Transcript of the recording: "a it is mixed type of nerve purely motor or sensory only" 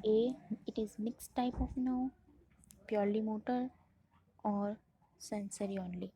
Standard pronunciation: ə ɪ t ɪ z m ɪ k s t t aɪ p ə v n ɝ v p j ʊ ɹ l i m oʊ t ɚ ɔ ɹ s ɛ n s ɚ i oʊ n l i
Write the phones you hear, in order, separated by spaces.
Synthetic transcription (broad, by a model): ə ɪ t ɪ z m ɪ k s t t aɪ p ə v n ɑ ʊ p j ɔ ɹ l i m oʊ t ɚ ɔ ɹ s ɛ n s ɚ i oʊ n l i